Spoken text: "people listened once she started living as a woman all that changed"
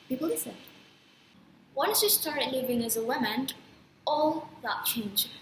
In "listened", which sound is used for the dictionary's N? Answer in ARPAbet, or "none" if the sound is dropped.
none